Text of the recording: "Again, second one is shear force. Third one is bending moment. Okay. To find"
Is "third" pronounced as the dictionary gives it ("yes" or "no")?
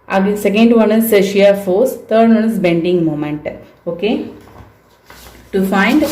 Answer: no